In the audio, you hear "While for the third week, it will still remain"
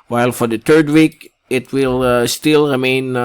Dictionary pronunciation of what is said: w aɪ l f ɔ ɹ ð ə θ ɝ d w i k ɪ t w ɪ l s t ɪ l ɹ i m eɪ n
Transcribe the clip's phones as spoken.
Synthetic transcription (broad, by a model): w aɪ l f ɔ ɹ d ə t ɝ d w i k ɪ t w ɪ l s t ɪ l ɹ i m eɪ n